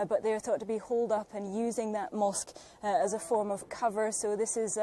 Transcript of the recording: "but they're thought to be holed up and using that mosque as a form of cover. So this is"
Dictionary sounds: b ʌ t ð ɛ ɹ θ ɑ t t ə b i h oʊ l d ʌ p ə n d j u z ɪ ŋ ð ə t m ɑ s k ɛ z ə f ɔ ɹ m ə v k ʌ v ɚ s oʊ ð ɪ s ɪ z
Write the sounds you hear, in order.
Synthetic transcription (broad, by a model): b ʌ t ð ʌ ɹ θ ɑ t t ə b i h oʊ l d ʌ p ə n j u z ɪ ŋ ð ə t m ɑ s k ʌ z ə f ɔ ɹ m ə v k ʌ v ɚ s oʊ ð ɪ s ɪ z